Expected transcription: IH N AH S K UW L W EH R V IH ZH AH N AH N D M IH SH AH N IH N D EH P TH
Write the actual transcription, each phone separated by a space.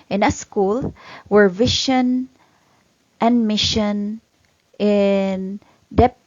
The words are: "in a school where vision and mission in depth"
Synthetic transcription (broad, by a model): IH N AH S K UW L W EH R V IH SH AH N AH N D M IH SH AH N IH N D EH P